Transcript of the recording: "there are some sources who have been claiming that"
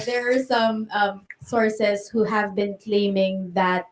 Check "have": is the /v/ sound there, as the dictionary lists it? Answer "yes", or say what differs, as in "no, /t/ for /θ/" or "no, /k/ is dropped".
yes